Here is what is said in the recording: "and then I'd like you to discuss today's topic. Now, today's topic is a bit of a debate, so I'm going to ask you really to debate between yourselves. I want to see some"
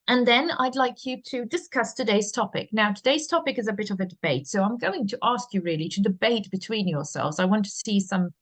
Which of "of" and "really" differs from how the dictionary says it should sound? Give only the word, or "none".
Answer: none